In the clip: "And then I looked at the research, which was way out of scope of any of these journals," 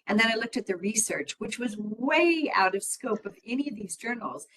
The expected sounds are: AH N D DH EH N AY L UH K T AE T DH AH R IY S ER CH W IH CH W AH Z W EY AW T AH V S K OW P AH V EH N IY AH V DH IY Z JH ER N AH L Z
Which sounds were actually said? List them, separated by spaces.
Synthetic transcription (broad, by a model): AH N DH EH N AY L UH K T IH T DH AH R IY S ER CH W IH CH W AH Z W EY AW T AH V S K OW P AH V EH N IY AH V DH IY Z JH ER N L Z